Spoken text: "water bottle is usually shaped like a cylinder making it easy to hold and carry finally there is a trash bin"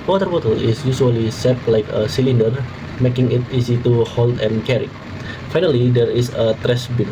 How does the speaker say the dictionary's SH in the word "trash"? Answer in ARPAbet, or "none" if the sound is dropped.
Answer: S